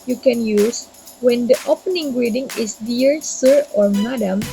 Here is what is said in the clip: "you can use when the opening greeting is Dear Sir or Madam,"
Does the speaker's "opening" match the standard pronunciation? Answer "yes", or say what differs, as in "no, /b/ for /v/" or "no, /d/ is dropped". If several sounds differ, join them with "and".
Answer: yes